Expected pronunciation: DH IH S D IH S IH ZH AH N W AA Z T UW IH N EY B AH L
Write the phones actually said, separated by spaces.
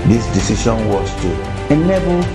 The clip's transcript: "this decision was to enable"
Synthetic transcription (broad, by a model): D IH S D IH S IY SH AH N W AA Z T UW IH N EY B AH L